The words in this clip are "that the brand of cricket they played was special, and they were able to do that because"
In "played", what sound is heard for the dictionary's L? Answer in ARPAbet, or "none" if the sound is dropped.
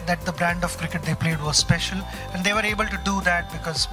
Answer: L